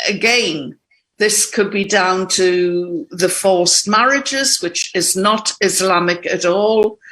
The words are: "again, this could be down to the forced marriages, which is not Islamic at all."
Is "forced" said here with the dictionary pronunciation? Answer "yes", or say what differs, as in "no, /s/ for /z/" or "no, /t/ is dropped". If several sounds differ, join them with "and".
no, /l/ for /ɹ/